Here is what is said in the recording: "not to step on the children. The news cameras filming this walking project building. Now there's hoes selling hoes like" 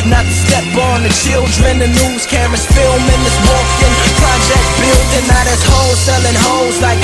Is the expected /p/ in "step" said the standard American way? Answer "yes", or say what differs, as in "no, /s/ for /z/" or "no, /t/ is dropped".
no, /b/ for /p/